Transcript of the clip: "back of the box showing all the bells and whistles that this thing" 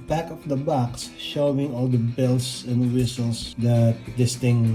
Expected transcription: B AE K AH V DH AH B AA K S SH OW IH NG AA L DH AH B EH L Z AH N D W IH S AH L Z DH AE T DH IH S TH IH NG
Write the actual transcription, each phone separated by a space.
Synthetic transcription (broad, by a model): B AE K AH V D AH B AA K S SH OW IH NG AA L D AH B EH L S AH N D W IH S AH L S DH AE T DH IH S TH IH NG